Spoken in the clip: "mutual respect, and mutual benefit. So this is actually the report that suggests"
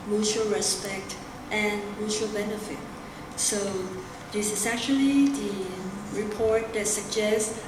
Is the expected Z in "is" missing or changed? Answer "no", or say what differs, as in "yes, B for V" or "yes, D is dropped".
yes, S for Z